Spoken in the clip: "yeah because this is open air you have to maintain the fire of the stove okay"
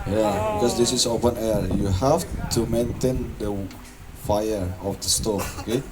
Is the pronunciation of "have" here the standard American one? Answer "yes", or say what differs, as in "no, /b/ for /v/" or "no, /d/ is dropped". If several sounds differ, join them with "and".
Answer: no, /f/ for /v/